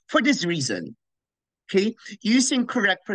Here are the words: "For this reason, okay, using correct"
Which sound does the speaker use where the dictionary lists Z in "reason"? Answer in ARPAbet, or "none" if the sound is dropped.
Z